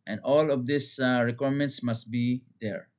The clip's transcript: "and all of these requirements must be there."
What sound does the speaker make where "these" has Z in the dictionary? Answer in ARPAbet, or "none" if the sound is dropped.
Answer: S